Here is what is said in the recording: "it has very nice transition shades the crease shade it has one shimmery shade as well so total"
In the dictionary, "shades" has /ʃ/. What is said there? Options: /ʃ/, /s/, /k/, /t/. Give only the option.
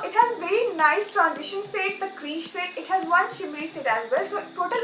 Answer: /s/